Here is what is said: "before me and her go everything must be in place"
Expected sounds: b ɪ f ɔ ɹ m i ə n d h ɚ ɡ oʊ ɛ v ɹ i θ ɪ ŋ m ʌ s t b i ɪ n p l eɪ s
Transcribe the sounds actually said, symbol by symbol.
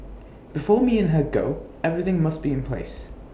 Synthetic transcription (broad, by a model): b ɪ f ɔ ɹ m i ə n h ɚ ɡ oʊ ɛ v ɹ i θ ɪ ŋ m ʌ s t b i ɪ n p l eɪ s